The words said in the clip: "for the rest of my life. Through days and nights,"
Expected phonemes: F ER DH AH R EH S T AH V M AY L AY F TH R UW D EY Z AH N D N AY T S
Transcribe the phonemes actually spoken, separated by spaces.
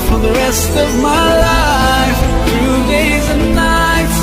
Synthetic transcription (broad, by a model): F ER DH AH R EH S T AH V M AY L AY F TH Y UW D EY Z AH N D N AY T S